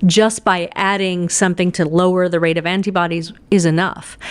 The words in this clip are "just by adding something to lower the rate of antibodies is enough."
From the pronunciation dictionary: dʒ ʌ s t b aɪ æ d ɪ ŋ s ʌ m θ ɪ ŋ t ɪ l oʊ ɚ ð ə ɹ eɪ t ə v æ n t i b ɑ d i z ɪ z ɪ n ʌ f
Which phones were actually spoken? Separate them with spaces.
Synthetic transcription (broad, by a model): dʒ ʌ s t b aɪ æ d ɪ ŋ s ʌ m θ ɪ ŋ t ɪ l oʊ ɚ ð ə ɹ eɪ t ə v æ n t i b ɑ d i z ɪ z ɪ n ʌ f